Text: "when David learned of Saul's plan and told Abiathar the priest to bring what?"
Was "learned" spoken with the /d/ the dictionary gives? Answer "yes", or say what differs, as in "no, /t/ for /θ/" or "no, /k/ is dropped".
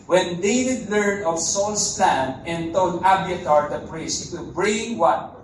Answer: no, /d/ is dropped